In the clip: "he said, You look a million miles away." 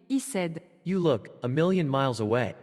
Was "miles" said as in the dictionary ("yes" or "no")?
yes